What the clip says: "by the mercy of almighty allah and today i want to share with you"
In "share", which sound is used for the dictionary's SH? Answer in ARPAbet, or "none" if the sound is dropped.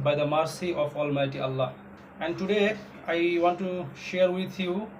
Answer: SH